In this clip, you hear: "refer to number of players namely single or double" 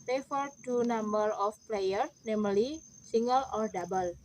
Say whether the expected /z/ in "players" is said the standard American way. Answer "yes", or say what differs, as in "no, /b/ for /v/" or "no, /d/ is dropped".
no, /z/ is dropped